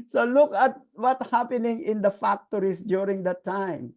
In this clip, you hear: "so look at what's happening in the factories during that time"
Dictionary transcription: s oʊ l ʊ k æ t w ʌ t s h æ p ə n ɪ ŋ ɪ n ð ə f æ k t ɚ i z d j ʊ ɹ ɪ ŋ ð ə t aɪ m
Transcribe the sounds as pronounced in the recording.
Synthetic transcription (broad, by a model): s oʊ l ʊ k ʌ t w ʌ t h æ p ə n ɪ ŋ ɪ n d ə f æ k t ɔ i s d j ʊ ɹ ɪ ŋ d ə t aɪ m